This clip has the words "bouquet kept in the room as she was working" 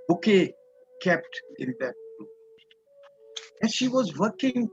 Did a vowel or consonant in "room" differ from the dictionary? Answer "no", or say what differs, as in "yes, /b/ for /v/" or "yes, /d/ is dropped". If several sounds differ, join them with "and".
yes, /m/ is dropped